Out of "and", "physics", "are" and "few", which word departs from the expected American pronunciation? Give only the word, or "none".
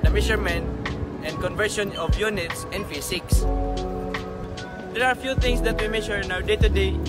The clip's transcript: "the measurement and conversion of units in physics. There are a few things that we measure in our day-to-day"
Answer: physics